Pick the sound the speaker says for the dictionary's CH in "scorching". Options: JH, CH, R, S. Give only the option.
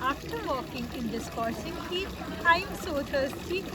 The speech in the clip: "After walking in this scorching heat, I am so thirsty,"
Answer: S